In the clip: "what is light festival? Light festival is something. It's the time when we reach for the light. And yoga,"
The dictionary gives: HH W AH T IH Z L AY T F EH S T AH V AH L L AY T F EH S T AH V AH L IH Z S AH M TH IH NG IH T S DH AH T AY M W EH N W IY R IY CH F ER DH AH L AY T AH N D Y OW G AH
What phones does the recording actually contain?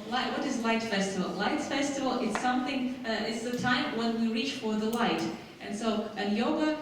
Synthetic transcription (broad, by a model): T W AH T IH Z L AY T F EH S T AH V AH L L AY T F EH S T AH V L IH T S AH M TH IH NG IH T S DH AH T AY M W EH N W IY R IY CH F ER DH AH L AY T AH N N Y OW G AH